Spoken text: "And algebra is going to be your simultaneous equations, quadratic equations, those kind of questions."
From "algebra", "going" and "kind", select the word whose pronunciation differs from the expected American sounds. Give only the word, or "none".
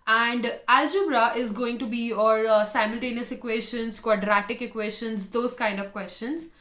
none